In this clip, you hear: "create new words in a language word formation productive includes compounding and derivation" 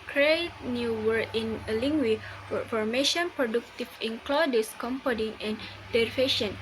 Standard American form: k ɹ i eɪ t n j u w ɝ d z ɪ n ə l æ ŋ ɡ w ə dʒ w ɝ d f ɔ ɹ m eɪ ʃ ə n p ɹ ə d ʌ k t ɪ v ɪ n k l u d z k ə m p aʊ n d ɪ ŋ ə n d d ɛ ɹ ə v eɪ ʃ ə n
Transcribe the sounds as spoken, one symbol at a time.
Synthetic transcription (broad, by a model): k ɹ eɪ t n j u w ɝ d ɪ n ə l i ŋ ɡ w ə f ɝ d f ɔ ɹ m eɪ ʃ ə n p ɹ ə d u k t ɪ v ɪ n k l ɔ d s k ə m p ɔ d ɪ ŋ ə n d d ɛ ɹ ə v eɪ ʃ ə n